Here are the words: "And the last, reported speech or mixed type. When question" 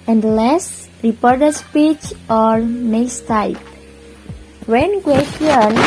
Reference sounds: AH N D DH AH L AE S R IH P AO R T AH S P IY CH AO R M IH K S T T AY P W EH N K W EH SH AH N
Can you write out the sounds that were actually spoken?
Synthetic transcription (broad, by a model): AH N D L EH S R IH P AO R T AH S P IY CH AO R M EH S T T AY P W EH N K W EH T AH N